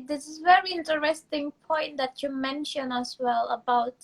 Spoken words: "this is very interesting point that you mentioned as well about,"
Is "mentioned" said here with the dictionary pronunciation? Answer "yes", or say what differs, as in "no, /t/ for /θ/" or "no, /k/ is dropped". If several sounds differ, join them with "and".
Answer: no, /d/ is dropped